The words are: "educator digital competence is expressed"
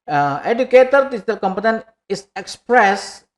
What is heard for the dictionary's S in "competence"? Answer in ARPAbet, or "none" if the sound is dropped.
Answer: none